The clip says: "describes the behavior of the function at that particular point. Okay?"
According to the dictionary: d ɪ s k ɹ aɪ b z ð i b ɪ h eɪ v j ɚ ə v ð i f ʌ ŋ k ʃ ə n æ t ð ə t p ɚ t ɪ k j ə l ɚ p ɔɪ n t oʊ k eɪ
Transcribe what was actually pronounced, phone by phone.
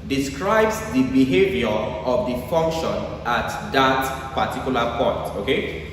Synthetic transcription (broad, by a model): d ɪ s k ɹ aɪ b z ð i b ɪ h eɪ v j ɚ ə v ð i f ʌ ŋ k ʃ ə n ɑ t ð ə t p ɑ t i k j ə l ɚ p ɔɪ n t oʊ k eɪ